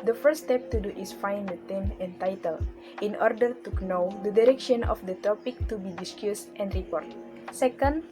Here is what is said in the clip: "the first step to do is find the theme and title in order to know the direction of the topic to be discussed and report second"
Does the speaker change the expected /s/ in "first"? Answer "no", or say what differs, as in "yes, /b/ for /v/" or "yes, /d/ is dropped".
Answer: yes, /s/ is dropped